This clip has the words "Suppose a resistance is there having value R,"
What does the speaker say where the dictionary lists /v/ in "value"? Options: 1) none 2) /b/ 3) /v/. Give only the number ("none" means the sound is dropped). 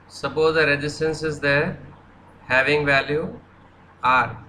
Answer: 3